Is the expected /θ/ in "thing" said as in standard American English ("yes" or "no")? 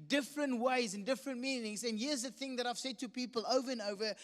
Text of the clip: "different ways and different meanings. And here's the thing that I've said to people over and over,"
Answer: yes